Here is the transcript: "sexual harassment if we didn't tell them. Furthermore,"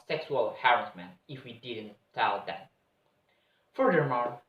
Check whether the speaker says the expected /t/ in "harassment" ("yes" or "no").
no